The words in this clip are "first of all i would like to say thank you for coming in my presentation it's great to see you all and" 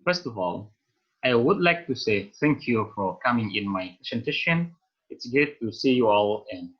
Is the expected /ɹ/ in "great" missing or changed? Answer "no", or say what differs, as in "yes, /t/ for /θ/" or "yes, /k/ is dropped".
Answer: yes, /ɹ/ is dropped